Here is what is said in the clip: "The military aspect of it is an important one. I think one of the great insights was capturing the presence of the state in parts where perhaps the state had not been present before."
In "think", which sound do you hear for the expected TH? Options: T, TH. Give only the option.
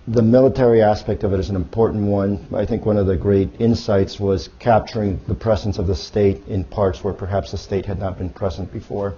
TH